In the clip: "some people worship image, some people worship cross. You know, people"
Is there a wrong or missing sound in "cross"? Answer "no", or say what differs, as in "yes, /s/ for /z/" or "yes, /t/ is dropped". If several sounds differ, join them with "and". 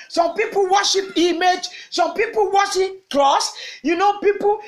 yes, /l/ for /ɹ/